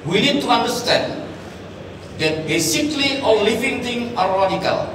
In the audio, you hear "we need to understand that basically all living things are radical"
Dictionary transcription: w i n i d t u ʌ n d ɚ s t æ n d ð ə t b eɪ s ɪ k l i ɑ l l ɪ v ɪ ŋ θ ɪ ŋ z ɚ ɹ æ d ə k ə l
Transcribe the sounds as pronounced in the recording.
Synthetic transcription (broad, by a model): w i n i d t u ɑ n d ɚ s t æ n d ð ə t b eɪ s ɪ k l i ɑ l l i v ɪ ŋ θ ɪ ŋ ɑ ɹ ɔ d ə k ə l